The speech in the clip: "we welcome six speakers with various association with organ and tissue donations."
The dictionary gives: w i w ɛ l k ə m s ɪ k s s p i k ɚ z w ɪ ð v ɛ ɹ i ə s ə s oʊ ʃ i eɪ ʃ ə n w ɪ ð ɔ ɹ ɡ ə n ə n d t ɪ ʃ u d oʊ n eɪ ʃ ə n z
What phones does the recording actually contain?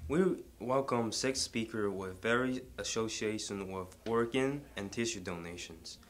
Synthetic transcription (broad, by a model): w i w ɛ l k ə m s ɪ k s s p i k ɚ w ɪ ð v ɛ ɹ i ə s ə ʊ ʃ i eɪ ʃ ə n w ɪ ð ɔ ɹ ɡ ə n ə n t ɪ ʃ u d oʊ n eɪ ʃ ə n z